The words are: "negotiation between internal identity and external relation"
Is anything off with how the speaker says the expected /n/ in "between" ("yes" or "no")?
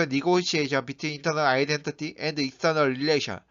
yes